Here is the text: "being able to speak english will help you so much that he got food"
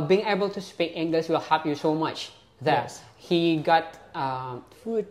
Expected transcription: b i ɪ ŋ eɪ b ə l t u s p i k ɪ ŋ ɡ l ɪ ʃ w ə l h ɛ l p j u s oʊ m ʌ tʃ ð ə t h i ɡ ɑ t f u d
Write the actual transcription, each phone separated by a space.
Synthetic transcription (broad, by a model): b i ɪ ŋ eɪ b ə l t u s p i k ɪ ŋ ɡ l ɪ s w ə l h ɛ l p j u s oʊ m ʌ tʃ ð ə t h i ɡ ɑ t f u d